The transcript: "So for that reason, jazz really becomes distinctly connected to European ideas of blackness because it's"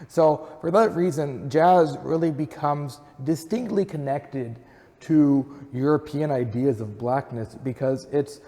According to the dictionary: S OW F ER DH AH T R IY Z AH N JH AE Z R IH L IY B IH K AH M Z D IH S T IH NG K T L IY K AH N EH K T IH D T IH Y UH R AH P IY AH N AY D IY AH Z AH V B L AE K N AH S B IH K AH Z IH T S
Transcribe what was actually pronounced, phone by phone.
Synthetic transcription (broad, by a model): S OW F ER DH AH T R IY Z AH N JH AE Z R IH L IY B IH K AH M Z D IH S T IH NG K T L IY K AH N EH K T IH D T IH Y UH R AH P IY AH N AY D IY AH Z AH V B L AE K N AH S B IH K AH Z IH T S